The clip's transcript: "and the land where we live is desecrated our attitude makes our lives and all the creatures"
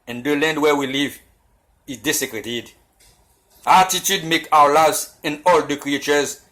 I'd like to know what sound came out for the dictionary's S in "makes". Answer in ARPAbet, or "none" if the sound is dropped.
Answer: none